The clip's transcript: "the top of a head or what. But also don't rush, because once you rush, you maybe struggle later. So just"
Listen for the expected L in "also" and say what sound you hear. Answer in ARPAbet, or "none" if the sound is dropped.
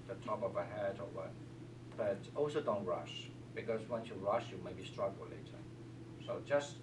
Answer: L